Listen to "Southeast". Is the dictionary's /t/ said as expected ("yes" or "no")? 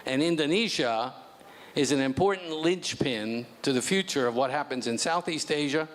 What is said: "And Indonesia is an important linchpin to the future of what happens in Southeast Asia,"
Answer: yes